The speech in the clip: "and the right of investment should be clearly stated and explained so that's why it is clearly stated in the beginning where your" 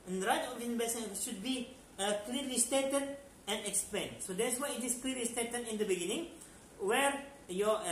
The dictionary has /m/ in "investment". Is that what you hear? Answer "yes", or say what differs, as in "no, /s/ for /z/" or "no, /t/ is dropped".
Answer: no, /m/ is dropped